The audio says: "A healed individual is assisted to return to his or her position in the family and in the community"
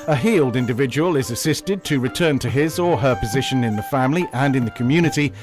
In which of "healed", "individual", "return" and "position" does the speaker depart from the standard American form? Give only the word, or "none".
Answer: none